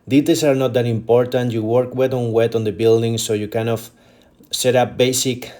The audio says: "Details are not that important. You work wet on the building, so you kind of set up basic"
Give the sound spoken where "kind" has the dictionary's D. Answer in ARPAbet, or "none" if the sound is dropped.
none